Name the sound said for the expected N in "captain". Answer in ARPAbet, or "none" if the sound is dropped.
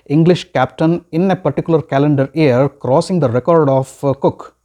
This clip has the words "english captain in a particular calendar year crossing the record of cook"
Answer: N